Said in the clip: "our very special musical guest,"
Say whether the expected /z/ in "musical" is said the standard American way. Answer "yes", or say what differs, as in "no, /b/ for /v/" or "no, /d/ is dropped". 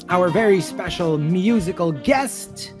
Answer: yes